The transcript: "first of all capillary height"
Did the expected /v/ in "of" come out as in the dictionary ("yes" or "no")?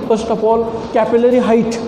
no